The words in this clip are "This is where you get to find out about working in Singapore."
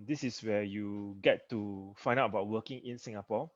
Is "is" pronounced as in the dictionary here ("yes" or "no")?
no